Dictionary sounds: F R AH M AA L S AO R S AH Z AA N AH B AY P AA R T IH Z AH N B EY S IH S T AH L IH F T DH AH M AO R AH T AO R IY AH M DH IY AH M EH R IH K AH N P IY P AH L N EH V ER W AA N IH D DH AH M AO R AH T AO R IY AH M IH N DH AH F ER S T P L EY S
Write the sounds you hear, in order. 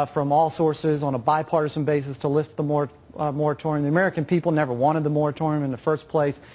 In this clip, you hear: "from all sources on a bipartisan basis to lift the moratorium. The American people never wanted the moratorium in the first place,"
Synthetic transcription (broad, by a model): F R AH M AA L S AO R S AH Z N AH B AY P AA R T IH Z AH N B EY S IH S T AH L IH F T DH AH M AO R AH T AO R IY AH M DH IY AH M EH R IH K AH N P IY P L N EH V ER W AA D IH D DH AH M AO R AH T AO R IY AH M IH N DH AH F ER S P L EY S